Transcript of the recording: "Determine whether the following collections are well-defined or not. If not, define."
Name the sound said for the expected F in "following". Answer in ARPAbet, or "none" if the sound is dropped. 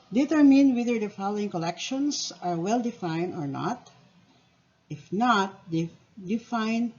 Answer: F